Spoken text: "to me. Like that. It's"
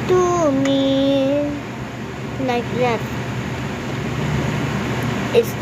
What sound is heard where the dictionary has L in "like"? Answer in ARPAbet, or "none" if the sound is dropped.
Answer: N